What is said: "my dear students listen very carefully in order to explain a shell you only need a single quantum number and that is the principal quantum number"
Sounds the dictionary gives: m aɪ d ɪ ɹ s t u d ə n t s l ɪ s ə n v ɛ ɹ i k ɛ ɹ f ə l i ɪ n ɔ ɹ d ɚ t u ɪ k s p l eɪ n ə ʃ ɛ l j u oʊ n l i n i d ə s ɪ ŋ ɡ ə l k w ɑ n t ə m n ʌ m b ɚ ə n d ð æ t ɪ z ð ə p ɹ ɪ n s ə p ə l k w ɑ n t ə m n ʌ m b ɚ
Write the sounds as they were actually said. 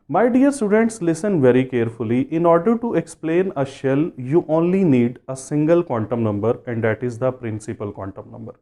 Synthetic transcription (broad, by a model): m aɪ d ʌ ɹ s t u d ə n t s l ɪ s ə n v ɛ ɹ i k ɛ ɹ f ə l i ɪ n ɔ ɹ d ɚ t u ɪ k s p l eɪ n ə ʃ ɛ l j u oʊ n l i n i d ə s ɪ ŋ ɡ ə l k w ɑ n t ə m n ʌ m b ɚ ə n d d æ t ɪ z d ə p ɹ ɪ n s ə p ə l k w ɑ n t ə m n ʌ m b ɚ